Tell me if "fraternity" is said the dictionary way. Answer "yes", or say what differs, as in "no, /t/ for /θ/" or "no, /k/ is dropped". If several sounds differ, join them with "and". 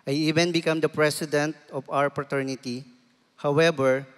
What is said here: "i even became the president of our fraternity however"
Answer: no, /p/ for /f/